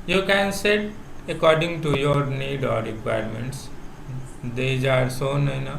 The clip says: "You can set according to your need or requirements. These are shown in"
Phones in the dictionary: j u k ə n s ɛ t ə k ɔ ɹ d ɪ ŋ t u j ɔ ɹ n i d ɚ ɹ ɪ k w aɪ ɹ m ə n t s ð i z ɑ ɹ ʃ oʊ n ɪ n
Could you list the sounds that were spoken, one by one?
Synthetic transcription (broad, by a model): j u k ə n s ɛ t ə k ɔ ɹ d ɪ ŋ t u j ɔ ɹ n i d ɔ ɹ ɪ k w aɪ ɹ m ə n t s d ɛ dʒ ɑ ɹ s oʊ n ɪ n